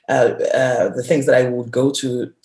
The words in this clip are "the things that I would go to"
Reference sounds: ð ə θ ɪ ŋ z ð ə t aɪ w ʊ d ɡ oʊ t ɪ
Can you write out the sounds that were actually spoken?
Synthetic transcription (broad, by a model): ð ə θ ɪ ŋ z ð ə t aɪ w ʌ d ɡ oʊ t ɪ